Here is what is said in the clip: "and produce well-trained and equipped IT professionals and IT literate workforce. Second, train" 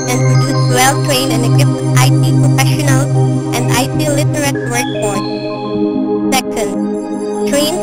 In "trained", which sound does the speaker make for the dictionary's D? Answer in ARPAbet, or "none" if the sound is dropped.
none